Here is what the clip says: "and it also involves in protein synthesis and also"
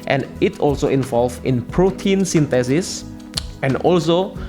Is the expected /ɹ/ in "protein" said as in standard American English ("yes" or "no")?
yes